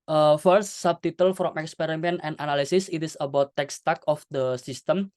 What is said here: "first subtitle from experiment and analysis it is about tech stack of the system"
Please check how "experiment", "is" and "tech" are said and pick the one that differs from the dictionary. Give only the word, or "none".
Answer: is